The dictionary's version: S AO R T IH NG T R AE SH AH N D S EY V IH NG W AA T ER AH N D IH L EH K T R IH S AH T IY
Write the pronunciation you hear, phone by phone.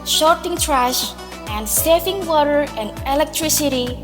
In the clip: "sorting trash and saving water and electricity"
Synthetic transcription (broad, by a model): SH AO R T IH NG T R AE SH AH N D S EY F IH NG W AA T ER AH N D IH L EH K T R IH S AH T IY